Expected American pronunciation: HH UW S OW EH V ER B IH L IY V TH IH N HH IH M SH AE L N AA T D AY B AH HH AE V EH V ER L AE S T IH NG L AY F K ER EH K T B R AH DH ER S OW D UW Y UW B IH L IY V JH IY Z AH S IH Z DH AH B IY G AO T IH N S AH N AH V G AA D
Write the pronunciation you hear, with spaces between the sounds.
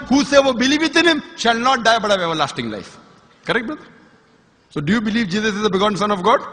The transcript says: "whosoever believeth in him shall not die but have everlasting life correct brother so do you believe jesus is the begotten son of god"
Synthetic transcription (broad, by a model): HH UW S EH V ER B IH L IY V T IH N HH IH M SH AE L N AA T D AY B AH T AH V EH V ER L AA S T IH NG L AY F K ER EH K T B AH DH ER S OW D UW Y UW B IH L IY V JH IY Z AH S IH Z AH B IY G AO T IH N S AH N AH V G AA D